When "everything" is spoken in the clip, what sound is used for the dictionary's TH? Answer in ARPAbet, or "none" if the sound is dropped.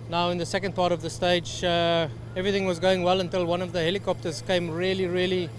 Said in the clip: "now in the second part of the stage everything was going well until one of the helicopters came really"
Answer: TH